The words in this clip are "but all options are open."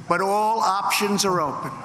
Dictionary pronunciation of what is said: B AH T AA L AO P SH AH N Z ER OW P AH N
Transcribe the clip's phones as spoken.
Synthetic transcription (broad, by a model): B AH T AA L AO P SH AH N Z ER OW P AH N